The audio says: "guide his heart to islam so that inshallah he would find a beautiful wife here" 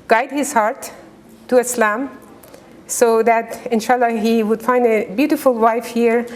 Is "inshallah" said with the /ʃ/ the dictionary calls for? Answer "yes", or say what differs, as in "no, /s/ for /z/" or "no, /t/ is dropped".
yes